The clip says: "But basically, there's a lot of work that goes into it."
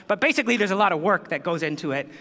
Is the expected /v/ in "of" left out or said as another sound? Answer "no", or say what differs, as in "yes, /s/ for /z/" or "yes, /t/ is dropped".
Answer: no